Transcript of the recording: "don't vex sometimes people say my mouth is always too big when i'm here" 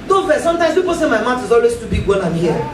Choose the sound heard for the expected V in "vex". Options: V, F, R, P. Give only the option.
F